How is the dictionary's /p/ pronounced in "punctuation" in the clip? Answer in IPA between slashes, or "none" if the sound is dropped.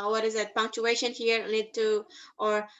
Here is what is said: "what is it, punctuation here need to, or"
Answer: /p/